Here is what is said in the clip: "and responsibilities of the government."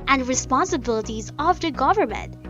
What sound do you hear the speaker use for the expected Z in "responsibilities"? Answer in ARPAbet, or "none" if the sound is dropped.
Z